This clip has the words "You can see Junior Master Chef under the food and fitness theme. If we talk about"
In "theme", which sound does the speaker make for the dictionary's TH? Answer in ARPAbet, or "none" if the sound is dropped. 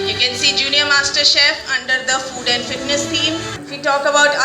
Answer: T